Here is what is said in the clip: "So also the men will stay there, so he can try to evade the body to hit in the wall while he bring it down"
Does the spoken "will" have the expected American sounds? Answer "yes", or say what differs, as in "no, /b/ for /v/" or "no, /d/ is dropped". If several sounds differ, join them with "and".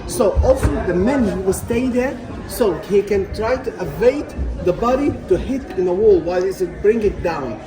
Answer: no, /w/ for /l/